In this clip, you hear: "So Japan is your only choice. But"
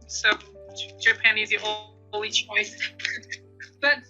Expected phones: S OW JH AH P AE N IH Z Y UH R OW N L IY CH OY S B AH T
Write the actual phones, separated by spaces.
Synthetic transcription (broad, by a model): S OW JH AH P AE N IH Z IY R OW L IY CH OY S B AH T